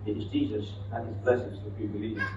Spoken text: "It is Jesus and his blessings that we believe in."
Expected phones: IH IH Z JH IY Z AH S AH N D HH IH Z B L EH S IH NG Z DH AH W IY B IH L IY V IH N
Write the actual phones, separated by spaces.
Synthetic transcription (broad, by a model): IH IH Z JH IY Z AH S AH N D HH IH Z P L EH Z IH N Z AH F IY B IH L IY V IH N